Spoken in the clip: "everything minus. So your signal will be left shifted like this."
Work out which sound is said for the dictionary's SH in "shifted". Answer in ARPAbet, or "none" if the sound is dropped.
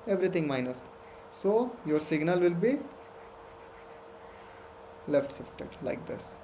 S